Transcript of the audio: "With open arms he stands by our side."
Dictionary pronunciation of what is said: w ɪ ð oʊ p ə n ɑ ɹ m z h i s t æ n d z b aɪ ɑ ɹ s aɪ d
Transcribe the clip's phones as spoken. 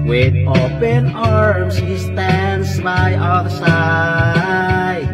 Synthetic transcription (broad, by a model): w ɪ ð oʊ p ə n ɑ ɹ m s h i s t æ n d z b aɪ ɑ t s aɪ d